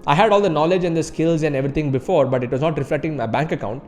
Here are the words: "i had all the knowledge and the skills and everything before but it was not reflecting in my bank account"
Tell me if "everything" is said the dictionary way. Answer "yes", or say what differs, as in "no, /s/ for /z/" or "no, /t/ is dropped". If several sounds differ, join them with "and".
no, /t/ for /θ/